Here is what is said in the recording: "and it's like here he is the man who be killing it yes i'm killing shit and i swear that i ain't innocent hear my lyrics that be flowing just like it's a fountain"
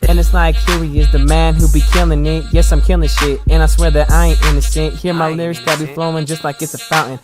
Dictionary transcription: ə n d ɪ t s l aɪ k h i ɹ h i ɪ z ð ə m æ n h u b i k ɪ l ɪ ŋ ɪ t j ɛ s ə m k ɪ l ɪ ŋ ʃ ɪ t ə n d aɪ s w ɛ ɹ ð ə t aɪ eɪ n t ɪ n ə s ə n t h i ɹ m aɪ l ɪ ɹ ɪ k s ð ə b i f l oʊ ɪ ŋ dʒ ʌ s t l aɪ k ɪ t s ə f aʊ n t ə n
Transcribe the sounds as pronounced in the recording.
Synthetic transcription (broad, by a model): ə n ɪ t s l aɪ k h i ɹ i ɪ z ð ə m æ n h u b i k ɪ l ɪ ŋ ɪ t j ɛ s ə m k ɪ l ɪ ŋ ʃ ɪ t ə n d aɪ s w ɛ ɹ ð ə t aɪ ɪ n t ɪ n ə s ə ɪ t h i ɹ m aɪ l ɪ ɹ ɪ s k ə b i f l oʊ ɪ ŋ dʒ ʌ s t l aɪ k ɪ t s ə f aʊ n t n